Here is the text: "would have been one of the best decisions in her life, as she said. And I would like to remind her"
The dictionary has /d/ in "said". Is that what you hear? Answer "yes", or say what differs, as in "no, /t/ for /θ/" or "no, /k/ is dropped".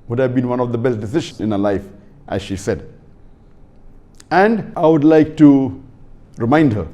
yes